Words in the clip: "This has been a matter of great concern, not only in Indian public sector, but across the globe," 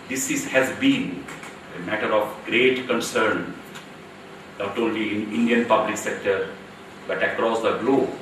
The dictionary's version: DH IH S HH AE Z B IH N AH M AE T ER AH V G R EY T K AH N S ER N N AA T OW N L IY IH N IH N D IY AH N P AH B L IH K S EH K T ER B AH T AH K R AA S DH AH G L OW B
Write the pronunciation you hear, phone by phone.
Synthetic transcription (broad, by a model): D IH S HH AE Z B IH N AH M AE T ER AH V G R EY T K AH N S ER N N AA T OW N L IY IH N IH N D IY AH N P AH B L IH K S EH K T ER B AH T AH K R AA S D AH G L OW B